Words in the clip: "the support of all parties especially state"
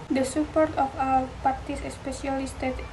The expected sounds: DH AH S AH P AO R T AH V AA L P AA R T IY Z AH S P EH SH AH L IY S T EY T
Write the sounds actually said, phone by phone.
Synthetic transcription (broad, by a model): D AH S AH P AO R T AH F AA W P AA R T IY S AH S P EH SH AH L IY S T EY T